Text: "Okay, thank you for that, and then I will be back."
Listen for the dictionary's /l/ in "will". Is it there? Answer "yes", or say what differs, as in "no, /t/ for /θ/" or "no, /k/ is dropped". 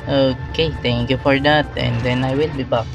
yes